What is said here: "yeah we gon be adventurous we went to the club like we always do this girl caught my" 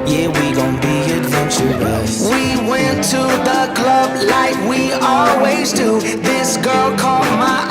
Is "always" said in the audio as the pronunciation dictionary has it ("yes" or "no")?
yes